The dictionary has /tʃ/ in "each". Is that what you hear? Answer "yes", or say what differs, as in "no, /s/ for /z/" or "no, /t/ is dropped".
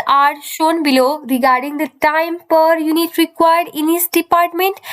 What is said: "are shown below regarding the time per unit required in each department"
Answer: no, /s/ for /tʃ/